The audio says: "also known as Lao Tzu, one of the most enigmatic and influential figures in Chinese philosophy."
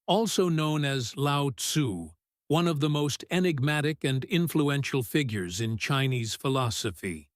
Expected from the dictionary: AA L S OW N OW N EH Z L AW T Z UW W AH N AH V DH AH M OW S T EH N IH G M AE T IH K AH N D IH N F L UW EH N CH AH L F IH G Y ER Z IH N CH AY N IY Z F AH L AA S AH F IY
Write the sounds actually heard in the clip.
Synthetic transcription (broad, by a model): AA L S OW N OW N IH Z L AW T S UW W AH N AH V DH AH M OW S T EH N IH G M AE T IH K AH N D IH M F L UW EH N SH L F IH G Y ER Z IH N CH AY N IY Z F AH L AA S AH F IY